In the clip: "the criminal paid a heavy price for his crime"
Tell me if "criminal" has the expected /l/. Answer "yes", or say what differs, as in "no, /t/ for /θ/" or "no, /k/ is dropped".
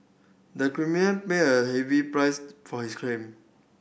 no, /n/ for /l/